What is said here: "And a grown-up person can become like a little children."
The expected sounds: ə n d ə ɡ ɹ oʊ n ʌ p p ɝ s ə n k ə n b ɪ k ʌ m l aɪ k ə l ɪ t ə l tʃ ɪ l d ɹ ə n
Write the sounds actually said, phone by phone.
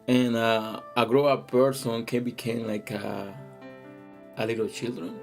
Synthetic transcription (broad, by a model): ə n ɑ ə ɡ ɹ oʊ ʌ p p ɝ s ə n k ə n b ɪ k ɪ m l aɪ k ə l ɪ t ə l tʃ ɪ l d ɹ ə n